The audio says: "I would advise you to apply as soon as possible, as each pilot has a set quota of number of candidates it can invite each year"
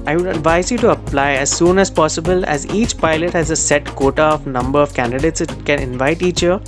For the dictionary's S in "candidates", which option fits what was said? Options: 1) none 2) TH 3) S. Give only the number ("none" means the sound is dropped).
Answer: 3